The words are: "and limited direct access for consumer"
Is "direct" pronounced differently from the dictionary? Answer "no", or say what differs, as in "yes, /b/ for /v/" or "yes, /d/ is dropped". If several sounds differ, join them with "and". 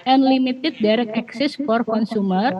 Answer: yes, /t/ is dropped